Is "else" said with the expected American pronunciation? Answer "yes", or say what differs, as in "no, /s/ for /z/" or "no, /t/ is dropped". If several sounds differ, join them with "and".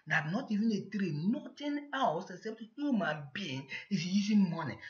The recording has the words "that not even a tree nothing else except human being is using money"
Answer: no, /w/ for /l/